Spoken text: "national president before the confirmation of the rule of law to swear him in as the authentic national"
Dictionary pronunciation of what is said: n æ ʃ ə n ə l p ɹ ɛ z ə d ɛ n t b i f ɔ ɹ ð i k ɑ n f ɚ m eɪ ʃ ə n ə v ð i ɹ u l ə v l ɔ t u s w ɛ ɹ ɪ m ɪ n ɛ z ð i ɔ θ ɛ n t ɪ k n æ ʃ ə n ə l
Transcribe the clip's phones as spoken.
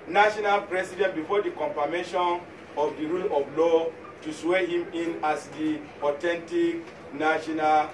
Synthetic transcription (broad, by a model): n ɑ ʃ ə n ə l p ɹ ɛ s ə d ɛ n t b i f ɔ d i k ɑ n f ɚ m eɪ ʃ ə n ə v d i ɹ u l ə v l ɔ t u s w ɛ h ɪ m ɪ n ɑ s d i ɔ t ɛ n t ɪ k n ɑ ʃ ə n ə l